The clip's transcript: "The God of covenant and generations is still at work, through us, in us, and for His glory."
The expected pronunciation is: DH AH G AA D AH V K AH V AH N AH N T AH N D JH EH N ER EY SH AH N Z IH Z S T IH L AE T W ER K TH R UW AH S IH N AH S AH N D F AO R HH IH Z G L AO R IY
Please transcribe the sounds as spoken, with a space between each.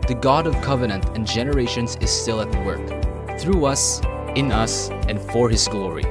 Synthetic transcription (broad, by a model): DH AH G AA D AH V K AH V AH N AH N T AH N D JH EH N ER EY SH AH N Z IH Z S T IH L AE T W ER K TH R UW AH S IH N AH S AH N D F AO R HH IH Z G L AO R IY